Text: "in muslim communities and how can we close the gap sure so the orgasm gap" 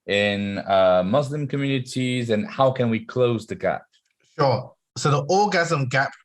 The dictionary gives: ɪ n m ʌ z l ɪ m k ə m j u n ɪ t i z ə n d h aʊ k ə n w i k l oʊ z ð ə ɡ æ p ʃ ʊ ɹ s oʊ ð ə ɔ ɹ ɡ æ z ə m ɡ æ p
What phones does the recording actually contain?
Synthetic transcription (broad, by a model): ɪ n m ʌ z l ɪ m k ə m j u n ɪ t i z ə n h aʊ k ə n w i k l oʊ z ð ə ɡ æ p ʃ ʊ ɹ s oʊ ð ə ɔ ɡ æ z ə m ɡ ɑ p